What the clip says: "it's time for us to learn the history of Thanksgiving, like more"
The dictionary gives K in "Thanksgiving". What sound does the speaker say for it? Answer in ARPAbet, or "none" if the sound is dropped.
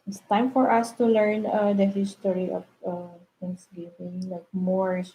none